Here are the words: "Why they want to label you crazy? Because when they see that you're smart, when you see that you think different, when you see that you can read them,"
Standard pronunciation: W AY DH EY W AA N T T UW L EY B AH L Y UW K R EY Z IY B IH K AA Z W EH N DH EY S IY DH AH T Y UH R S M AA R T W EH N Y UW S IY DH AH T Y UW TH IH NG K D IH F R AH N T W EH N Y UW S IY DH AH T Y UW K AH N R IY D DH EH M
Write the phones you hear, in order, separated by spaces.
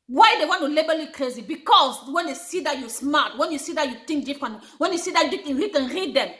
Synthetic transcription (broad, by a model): W AY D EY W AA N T T UW L EY B AH L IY K R EY Z IY B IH K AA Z W EH N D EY S IY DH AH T Y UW S M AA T W EH N Y UW S IY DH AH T Y UW T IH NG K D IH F AH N W EH N Y UW S IY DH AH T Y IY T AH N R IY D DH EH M